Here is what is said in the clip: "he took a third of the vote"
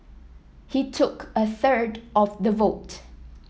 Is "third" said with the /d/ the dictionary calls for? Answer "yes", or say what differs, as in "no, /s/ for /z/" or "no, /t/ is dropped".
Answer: yes